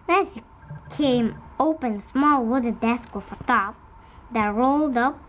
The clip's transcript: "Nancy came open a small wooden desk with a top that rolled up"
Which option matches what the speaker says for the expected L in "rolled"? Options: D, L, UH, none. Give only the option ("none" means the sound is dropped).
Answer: L